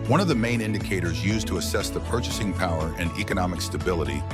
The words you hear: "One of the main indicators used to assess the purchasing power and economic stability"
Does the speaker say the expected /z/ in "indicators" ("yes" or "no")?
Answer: yes